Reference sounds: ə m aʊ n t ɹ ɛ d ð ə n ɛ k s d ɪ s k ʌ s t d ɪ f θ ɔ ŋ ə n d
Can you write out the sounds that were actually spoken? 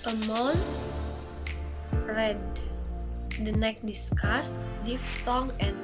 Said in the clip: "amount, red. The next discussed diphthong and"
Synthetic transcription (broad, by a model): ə m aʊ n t ɹ ɛ d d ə n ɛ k d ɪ s k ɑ s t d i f t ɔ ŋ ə n